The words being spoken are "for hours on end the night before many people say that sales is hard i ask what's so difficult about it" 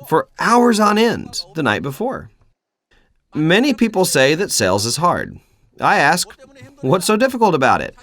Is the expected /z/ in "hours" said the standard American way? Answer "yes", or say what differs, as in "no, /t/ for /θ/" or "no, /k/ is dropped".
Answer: yes